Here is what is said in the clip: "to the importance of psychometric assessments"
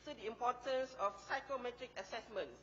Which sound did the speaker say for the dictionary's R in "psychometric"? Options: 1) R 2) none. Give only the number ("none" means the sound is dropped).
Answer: 1